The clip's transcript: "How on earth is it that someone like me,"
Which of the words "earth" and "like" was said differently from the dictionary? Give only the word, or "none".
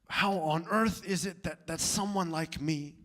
none